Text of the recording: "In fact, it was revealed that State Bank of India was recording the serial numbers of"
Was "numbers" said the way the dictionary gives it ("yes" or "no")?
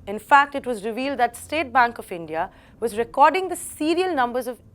yes